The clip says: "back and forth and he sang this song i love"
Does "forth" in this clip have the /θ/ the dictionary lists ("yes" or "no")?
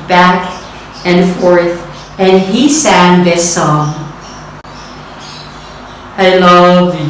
yes